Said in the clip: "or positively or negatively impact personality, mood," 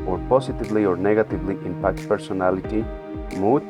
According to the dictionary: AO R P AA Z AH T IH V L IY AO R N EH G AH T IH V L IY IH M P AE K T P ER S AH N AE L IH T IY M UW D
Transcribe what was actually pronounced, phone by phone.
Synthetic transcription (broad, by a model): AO R P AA S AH T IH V L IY AO R N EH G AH T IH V L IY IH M P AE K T P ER S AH N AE L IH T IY M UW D